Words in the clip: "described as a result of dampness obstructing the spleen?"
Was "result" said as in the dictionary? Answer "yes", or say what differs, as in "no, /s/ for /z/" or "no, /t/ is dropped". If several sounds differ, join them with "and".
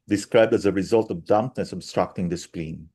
yes